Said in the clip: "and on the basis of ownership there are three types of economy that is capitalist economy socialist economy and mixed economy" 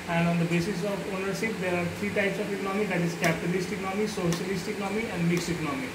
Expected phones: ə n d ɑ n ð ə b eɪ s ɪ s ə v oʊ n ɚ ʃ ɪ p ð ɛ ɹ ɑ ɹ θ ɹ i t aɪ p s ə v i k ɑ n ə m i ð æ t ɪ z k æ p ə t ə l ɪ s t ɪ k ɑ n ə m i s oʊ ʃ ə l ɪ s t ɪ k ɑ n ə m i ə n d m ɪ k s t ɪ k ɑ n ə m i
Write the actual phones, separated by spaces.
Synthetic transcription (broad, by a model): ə n d ɑ n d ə b eɪ s ɪ s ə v oʊ n ɚ ʃ ɪ p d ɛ ɹ ɑ ɹ t ɹ i t aɪ p s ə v i k ɑ n ə m i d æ t ɪ z k æ p ə t ə l ɪ s t ɪ k ɑ n ə m i s oʊ ʃ ə l ɪ s t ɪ k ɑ n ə m i ə n d m ɪ k s t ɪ k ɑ n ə m i